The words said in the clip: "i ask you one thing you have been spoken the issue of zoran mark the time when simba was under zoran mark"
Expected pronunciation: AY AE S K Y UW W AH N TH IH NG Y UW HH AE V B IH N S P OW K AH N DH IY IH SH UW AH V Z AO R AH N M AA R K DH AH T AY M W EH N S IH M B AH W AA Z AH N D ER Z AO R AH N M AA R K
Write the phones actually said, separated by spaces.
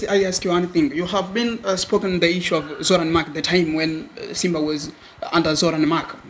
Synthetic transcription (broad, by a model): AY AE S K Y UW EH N TH IH NG Y UW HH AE V B IH N S P OW K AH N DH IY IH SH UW AH V Z AO R AH N M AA K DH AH T AY M W EH N S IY M B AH W AA Z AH N D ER Z AO R AH N M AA K